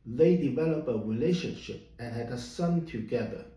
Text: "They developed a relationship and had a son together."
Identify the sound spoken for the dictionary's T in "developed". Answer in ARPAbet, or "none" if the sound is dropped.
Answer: none